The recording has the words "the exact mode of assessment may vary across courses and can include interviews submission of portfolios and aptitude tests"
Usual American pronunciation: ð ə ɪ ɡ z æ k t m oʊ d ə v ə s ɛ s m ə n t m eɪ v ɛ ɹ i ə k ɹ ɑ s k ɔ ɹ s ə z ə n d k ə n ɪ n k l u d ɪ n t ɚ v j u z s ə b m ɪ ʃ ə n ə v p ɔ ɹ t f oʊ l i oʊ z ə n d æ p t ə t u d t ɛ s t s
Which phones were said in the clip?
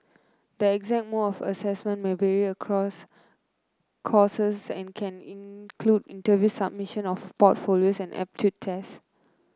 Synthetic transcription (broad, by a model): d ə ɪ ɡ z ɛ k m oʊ ə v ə s ɛ s m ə n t m eɪ v ɛ ɹ i ə k ɹ ɑ s k ɔ s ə s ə n k ə n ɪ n k l u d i n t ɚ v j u s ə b m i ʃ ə n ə f p ɔ t f oʊ l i oʊ s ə n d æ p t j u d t ɛ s s